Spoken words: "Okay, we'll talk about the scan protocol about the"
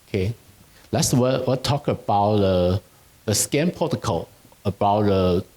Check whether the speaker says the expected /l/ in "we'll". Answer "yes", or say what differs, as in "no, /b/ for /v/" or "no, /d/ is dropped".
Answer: no, /w/ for /l/